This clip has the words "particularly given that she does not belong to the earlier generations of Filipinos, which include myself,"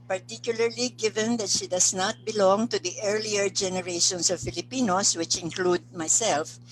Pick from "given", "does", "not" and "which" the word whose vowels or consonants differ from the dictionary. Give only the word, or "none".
does